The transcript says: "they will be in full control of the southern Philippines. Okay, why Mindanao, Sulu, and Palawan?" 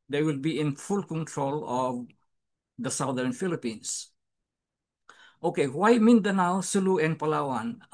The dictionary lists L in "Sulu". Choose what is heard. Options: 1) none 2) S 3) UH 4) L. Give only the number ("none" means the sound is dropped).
4